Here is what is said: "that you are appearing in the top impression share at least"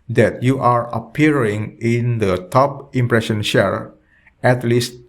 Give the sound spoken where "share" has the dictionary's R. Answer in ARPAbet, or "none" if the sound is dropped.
R